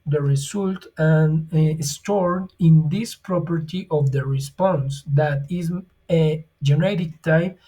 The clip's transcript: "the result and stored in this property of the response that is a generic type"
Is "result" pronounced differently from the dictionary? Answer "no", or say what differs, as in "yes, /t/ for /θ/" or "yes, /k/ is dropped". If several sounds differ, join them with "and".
yes, /s/ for /z/